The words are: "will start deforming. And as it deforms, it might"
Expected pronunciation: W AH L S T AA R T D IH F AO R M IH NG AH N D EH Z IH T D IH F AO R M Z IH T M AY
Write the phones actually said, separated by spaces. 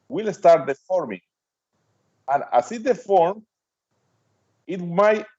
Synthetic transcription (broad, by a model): W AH L S T AA R T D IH F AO R M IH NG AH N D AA S IH T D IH F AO R M IH T M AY